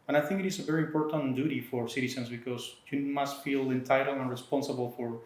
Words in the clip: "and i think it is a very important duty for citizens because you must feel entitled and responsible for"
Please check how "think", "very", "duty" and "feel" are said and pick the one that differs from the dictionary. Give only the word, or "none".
none